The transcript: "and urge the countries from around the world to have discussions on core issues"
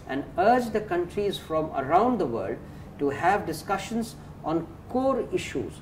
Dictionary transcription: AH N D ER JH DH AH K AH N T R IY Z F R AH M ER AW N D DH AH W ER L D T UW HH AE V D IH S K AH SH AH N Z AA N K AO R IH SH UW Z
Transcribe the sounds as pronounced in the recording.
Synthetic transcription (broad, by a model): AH N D ER JH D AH K AH N T R IY Z F R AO M ER AW N D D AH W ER L D T UW HH AE V D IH S K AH SH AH N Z AA N K AO R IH SH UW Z